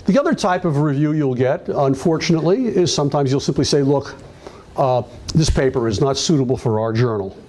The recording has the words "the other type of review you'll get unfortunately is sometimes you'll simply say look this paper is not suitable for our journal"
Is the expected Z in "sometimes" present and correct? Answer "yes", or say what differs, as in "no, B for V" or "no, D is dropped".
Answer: yes